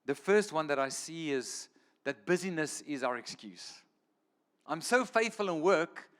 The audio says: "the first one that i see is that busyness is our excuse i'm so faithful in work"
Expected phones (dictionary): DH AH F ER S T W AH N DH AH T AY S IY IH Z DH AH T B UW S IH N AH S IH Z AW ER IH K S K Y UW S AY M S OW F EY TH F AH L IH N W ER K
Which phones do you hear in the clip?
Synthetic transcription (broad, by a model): DH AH F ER S T W AH N DH AH T AY S IY IH Z DH AH T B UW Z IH N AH S IH Z AW ER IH K S K Y UW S AY M S OW F EY TH F AH L IH N W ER K